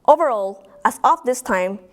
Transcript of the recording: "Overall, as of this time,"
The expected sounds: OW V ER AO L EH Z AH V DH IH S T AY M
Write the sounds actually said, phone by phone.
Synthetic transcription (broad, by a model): OW V ER AO L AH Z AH F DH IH S T AY M